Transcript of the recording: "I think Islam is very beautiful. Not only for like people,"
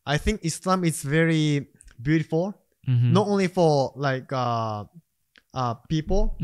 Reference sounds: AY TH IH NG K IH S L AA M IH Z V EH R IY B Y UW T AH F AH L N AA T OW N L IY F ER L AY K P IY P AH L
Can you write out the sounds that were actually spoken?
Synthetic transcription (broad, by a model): AY TH IH NG K IH S L AA M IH S V EH R IY B Y UW T AH F AH L N AA T OW N L IY F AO L AY K P IY P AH L